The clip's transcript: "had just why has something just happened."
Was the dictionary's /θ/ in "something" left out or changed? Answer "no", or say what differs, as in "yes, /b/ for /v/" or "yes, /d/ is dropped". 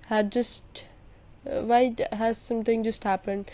yes, /t/ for /θ/